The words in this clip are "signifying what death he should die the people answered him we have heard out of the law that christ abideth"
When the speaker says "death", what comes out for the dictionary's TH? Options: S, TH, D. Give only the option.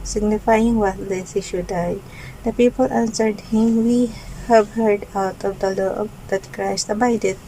S